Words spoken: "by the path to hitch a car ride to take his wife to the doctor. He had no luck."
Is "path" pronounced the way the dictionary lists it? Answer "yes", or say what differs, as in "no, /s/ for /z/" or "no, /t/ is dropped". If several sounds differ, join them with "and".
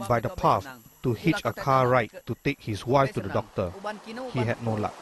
no, /s/ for /θ/